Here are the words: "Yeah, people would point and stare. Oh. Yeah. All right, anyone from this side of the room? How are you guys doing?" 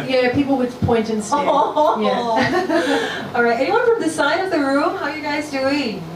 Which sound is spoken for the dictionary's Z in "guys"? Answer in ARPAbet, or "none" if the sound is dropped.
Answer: Z